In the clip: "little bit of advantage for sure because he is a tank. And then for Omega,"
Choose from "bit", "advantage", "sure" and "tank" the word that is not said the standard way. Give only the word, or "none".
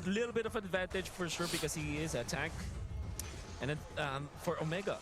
tank